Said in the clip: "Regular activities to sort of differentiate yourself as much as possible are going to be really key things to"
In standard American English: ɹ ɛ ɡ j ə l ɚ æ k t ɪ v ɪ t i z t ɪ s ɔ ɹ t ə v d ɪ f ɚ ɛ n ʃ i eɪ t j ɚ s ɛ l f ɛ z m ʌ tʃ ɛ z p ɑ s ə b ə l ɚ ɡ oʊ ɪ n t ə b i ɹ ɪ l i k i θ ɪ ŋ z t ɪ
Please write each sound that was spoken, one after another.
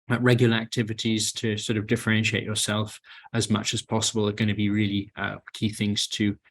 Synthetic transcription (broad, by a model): ɹ ɛ ɡ j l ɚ æ k t ɪ v ɪ t i z t ɪ s ɔ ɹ t ə v d ɪ f ɚ ɛ n ʃ i eɪ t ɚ s ɛ l f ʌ z m ʌ tʃ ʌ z p ɑ s ə b ə l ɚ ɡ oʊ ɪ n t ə b i ɹ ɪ l i k i θ ɪ ŋ z t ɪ